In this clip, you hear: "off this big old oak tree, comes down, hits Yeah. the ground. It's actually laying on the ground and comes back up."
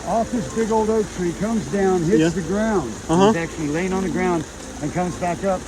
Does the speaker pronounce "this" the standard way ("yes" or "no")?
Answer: yes